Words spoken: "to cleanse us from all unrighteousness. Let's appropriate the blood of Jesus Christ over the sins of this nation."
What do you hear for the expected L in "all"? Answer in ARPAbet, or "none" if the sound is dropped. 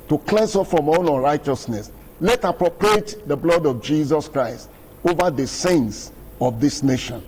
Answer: N